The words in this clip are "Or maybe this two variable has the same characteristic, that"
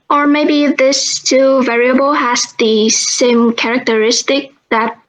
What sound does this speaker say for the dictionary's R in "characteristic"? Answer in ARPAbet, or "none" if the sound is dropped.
R